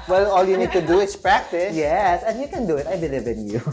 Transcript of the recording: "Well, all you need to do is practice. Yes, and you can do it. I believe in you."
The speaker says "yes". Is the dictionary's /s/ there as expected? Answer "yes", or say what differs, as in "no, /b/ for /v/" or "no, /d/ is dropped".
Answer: yes